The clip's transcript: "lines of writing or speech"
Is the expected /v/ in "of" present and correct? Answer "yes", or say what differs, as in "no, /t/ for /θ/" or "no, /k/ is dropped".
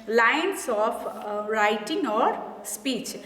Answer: no, /p/ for /v/